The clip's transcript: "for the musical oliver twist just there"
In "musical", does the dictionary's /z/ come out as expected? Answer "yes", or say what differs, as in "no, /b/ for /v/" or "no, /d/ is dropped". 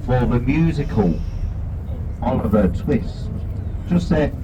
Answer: yes